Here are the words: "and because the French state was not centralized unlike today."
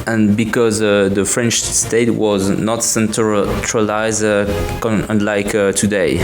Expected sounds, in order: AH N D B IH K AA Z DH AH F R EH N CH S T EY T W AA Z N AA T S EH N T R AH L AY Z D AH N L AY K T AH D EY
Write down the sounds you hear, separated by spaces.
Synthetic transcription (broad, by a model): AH N B IH K AA Z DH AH F R EH N CH S T EY T W AA Z N AA T S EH N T R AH L AY Z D AH N L AY K T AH D EY